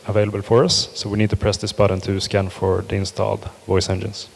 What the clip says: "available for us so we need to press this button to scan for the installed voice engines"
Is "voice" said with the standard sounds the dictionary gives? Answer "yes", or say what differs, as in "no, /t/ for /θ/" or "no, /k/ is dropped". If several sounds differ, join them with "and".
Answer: yes